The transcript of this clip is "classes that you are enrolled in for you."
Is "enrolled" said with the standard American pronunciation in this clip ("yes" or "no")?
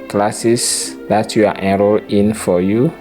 no